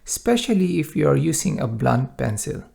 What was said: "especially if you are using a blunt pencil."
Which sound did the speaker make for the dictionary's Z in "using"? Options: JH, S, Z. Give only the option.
S